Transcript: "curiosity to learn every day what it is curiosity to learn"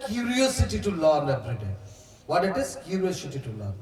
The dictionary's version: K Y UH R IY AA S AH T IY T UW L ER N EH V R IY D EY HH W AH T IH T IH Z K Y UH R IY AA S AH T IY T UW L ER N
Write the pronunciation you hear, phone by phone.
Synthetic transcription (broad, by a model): K Y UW R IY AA S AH T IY T UW L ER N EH B R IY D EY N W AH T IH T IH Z K Y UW R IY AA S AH T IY T UW L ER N